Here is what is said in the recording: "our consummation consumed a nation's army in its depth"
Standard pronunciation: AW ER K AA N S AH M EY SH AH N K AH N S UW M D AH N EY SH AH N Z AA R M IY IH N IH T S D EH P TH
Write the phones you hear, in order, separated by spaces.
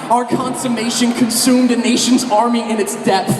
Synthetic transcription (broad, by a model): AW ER K AA N S AH M EY SH AH N K AH N S UW M D AH N EY SH AH N Z AA R M IY IH N IH T S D EH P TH